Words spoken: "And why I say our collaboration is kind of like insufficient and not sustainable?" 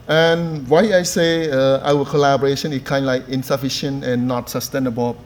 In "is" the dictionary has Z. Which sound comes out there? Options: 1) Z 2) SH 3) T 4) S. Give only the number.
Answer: 4